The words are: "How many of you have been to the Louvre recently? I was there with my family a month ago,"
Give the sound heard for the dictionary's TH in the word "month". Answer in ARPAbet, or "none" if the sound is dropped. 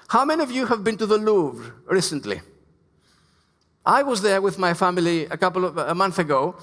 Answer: TH